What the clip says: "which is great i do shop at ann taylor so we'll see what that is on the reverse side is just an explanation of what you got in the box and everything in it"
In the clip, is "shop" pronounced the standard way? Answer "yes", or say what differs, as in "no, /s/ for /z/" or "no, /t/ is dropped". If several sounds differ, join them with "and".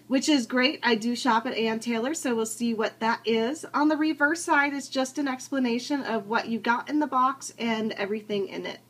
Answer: yes